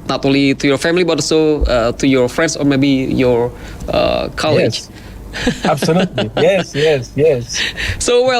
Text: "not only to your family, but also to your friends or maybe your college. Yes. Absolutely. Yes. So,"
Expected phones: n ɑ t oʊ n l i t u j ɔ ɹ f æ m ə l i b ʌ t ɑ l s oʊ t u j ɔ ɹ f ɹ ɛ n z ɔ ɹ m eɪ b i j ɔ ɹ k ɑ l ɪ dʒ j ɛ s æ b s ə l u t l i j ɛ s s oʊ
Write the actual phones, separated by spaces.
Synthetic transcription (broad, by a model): n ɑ t oʊ n l i t u j ɔ ɹ f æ m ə l i b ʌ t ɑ s oʊ t u j ɔ ɹ f ɹ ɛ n s ɔ ɹ m eɪ b i j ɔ ɹ k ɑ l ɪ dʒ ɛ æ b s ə l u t l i j ɛ s s oʊ